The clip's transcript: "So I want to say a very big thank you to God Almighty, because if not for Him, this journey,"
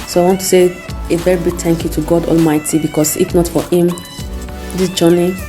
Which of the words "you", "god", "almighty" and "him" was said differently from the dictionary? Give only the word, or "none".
none